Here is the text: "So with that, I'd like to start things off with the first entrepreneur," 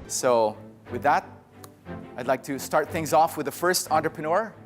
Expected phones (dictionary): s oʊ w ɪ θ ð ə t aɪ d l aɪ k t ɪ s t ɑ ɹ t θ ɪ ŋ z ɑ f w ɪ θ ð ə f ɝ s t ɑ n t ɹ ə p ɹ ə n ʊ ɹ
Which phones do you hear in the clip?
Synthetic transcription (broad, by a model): s oʊ w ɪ ð ə t aɪ d l aɪ k t ɪ s t ɑ ɹ t θ ɪ ŋ z ɑ f w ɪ ð ə f ɝ s t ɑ n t ɹ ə p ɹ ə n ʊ ɹ